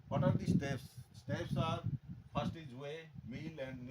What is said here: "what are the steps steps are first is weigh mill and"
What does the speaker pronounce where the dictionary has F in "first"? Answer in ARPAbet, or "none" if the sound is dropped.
P